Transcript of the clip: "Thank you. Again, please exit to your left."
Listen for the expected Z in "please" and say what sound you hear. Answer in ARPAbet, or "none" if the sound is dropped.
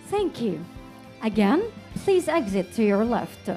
Z